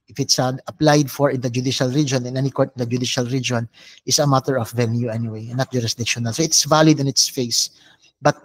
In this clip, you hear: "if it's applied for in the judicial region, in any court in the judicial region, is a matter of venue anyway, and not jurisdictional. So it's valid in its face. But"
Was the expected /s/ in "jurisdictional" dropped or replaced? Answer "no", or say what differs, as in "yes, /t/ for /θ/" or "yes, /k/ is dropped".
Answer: no